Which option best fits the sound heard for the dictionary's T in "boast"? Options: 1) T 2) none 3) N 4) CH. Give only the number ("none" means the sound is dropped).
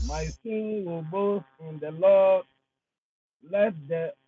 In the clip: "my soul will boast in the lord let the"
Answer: 2